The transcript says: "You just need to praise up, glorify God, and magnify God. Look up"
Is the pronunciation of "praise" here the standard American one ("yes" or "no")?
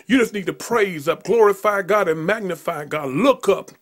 yes